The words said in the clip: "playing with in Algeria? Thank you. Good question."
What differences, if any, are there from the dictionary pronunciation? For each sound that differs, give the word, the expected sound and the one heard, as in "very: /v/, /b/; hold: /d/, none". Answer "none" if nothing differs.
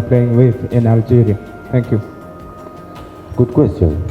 thank: /θ/, /t/